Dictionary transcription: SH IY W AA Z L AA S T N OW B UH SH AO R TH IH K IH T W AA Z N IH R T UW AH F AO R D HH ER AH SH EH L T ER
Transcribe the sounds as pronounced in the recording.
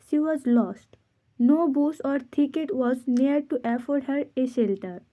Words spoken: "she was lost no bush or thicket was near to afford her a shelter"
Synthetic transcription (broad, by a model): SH IY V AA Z L AA S T N OW B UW S AO R T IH K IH T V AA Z N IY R T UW AH F AO R D HH ER AH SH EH L T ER